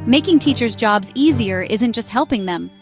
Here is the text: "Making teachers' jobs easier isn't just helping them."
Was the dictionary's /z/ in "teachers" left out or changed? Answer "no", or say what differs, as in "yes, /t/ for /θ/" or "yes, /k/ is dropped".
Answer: no